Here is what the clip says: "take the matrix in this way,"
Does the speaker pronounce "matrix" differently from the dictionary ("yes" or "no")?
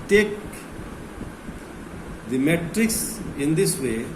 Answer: no